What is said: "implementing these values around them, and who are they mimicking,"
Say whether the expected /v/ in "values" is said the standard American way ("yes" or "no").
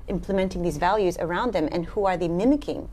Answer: yes